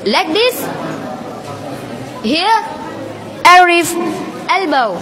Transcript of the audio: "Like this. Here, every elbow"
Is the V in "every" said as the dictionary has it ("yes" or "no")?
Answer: no